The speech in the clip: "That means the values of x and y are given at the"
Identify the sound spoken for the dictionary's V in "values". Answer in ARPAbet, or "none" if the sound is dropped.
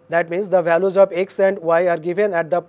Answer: V